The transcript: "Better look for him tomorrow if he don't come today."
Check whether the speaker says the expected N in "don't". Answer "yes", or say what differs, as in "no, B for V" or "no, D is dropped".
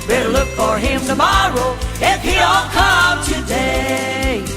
no, L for N